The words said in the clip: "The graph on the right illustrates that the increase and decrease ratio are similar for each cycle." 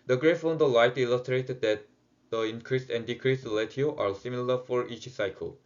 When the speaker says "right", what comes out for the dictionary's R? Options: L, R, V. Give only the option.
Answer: L